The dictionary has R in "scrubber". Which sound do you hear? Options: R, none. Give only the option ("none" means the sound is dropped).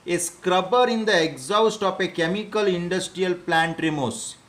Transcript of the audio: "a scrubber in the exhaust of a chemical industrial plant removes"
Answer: R